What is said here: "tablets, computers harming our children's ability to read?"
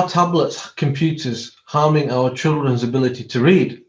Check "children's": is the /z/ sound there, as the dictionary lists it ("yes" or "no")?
yes